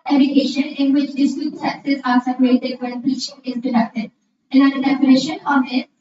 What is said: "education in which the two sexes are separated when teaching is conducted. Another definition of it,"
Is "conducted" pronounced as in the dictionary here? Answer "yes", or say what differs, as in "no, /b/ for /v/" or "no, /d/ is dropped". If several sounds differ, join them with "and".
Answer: no, /n/ is dropped